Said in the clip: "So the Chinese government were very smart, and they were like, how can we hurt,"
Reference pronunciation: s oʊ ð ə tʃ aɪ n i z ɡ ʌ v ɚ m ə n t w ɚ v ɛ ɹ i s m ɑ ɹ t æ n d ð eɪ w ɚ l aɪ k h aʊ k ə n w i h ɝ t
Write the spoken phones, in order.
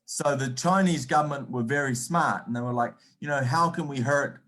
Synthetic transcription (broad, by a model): s oʊ ð ə tʃ aɪ n i z ɡ ʌ v ɚ m ə n t w ɚ v ɛ ɹ i s m ɑ ɹ t n ð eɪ w ɚ l aɪ k h aʊ k ə n w i h ɝ t